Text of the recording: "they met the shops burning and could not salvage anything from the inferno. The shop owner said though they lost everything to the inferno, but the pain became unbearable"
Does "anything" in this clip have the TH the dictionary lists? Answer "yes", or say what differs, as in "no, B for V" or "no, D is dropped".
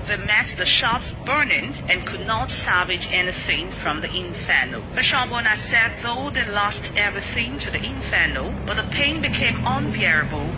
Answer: yes